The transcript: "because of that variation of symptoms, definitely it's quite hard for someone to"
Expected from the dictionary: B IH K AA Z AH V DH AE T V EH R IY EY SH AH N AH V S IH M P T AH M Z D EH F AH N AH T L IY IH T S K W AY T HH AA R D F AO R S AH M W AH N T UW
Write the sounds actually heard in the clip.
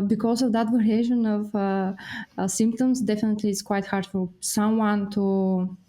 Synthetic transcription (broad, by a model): B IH K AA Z AH V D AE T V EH R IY EY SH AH N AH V S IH M P T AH M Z D EH F AH N AH T L IY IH T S K W AY T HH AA R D F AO L S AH M W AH N T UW